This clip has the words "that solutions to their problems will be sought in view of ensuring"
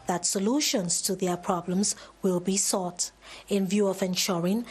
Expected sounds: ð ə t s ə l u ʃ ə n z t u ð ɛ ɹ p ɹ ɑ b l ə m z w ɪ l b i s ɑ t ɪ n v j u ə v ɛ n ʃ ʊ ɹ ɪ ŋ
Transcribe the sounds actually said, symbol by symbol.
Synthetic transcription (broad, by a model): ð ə t s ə l u ʃ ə n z t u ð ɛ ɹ p ɹ ɑ b l ə m z w ɪ l b i s ɑ t ɪ n v j u ə v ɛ n ʃ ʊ ɹ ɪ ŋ